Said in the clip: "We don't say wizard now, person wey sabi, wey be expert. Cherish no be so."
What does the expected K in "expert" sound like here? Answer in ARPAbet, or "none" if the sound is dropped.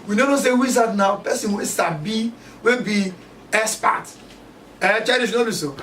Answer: none